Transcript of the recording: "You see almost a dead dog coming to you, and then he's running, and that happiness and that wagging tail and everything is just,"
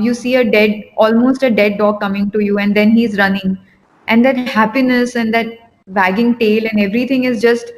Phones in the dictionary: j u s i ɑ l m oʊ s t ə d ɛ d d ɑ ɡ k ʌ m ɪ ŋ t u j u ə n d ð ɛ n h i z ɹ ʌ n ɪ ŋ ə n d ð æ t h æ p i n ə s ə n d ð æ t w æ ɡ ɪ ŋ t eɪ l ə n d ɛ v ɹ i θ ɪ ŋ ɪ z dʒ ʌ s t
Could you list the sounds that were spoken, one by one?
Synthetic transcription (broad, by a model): j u s i ɑ l m oʊ s t ə d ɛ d d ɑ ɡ k ʌ m ɪ ŋ t u j u ə n d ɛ n h i z ɹ ʌ n ɪ ŋ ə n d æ t h æ p i n ə s ə n d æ t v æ ɡ ɪ ŋ t eɪ l ə n d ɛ v ɹ i t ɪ ŋ ɪ z dʒ ʌ s t